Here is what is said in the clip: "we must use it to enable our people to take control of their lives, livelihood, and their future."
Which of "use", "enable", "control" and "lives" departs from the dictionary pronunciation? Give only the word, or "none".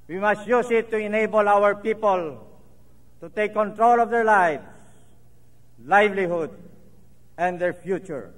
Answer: lives